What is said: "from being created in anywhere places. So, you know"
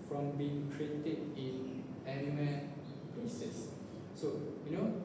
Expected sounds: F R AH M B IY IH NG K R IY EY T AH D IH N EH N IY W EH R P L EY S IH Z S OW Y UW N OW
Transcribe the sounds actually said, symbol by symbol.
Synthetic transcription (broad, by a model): F R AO M B IY IH NG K R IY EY T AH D IH N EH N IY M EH L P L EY S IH S OW Y UW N OW